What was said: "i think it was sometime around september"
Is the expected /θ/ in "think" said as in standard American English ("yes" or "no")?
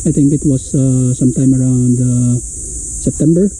no